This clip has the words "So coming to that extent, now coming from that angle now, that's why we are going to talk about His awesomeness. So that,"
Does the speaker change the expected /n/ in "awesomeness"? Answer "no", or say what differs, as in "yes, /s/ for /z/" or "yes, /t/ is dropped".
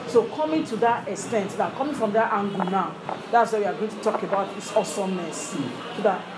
yes, /n/ is dropped